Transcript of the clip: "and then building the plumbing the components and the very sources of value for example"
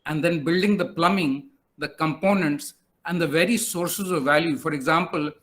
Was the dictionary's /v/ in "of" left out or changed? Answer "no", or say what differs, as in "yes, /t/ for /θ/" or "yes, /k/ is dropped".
no